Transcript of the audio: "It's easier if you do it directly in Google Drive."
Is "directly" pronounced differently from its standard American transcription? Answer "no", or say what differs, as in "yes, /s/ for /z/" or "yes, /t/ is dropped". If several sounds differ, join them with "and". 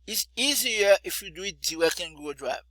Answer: yes, /w/ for /ɹ/